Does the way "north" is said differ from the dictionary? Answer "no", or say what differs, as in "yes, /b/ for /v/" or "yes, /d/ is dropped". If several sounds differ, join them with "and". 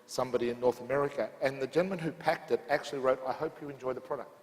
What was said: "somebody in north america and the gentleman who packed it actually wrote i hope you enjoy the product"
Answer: no